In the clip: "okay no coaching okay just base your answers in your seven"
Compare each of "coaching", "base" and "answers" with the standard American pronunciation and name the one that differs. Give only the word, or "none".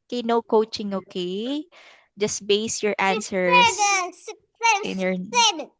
answers